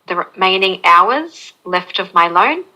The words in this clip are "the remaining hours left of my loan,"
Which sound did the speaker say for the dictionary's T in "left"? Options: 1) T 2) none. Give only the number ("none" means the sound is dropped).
1